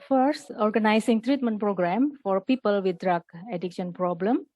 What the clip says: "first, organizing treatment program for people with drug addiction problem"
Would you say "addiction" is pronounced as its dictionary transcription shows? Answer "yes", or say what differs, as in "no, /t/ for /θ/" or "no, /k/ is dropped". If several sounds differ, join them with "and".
yes